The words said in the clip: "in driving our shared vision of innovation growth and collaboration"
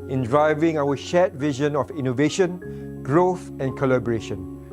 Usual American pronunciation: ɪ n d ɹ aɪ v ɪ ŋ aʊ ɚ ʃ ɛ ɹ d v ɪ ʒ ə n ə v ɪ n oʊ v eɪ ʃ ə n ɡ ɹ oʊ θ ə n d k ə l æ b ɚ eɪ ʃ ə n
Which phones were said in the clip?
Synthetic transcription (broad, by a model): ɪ n d ɹ aɪ v ɪ ŋ aʊ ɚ ʃ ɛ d v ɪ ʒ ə n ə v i n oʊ v eɪ ʃ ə n ɡ ɹ oʊ θ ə n k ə l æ b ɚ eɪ ʃ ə n